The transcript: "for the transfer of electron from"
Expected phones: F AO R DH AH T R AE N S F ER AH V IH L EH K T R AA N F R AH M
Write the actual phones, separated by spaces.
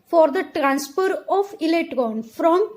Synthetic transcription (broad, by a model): F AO R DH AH T R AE N S P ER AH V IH L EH T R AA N F R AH M